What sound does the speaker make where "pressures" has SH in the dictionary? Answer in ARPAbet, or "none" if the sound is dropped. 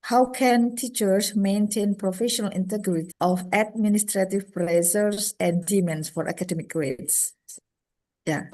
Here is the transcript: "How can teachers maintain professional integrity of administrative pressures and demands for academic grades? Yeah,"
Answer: S